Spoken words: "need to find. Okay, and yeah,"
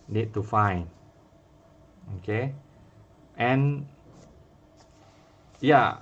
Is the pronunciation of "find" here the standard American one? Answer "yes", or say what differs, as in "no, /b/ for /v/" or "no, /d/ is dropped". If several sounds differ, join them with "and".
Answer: no, /d/ is dropped